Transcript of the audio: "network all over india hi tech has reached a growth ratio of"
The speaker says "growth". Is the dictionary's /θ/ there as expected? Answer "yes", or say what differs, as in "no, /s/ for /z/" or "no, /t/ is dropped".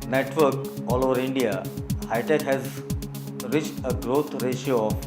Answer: no, /t/ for /θ/